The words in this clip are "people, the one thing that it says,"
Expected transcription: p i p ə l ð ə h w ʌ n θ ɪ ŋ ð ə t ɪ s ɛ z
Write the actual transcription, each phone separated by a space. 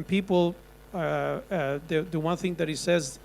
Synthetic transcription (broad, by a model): p i p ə l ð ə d w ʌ n θ ɪ ŋ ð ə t ɪ s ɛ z